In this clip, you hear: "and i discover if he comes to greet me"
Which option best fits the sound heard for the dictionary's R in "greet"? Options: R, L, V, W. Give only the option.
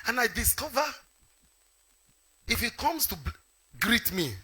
R